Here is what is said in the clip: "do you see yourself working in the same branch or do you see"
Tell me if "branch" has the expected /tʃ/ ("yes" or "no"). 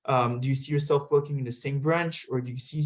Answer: yes